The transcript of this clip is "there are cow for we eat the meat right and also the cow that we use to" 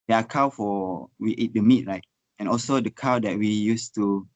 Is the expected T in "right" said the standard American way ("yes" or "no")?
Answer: yes